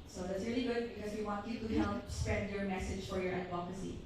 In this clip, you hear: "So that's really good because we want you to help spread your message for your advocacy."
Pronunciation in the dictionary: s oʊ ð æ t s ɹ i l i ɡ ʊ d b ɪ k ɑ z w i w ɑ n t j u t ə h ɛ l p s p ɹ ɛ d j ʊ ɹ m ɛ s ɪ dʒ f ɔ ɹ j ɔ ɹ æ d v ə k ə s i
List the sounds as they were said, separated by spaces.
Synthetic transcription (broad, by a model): s oʊ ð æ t s ɹ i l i ɡ ʊ d b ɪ k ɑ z w i w ɑ n t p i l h h ɛ l p s p ɛ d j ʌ ɹ m ɛ s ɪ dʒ f ɔ ɹ j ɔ ɹ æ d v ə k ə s i